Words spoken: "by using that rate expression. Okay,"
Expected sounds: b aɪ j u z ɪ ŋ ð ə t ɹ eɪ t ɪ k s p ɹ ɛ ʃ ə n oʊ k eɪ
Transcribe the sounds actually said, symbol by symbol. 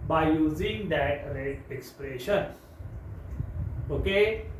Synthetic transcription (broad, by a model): b aɪ j u z ɪ ŋ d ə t ɹ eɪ ɪ k s p ɹ ɛ ʃ ə n oʊ k eɪ